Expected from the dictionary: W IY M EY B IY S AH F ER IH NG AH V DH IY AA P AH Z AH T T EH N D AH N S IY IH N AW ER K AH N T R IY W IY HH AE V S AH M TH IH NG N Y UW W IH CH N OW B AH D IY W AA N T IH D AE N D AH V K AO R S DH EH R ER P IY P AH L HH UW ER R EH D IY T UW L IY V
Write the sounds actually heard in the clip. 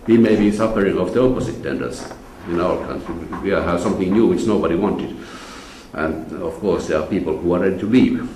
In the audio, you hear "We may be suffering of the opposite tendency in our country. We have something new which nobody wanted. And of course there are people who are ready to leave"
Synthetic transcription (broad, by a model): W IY M EY B IY S AH F ER IH NG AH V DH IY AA P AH S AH T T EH N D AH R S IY IH N AW ER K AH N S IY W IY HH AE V S AH M TH IH NG N Y UW W IH CH N OW B AH D IY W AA N T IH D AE N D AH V K AO R S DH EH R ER P IY P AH L HH UW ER R EH D IY T UW L IY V